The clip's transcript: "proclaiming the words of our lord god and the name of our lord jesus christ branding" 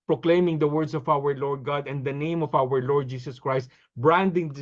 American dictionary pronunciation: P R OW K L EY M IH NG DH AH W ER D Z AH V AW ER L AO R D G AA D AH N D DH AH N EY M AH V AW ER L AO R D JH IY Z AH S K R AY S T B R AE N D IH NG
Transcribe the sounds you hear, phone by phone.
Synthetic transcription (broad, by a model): P R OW K L EY M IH NG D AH W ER D S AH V AW ER L AO R D G AA D AH N D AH N EY M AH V AW ER L AO R D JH IY S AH S K R AY S T B R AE N D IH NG